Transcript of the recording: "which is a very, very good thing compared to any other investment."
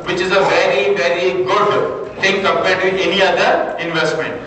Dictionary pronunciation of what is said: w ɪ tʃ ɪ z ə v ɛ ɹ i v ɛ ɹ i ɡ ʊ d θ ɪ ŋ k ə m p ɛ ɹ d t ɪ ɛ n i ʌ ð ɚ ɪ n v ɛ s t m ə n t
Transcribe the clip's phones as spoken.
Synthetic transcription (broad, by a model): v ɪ tʃ ɪ z ə v ɛ ɹ i v ɛ ɹ i ɡ ʊ d t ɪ ŋ k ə m p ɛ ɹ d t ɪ ɛ n i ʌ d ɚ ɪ n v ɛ s t m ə n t